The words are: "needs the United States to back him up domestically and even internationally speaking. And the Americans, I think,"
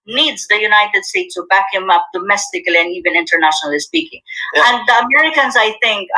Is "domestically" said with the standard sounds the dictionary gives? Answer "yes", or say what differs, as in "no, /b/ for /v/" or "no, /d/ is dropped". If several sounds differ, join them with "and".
yes